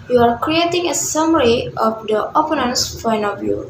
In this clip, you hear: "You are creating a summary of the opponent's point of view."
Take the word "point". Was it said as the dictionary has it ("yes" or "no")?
no